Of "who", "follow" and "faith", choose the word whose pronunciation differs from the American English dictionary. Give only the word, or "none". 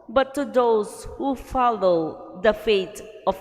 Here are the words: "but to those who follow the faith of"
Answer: faith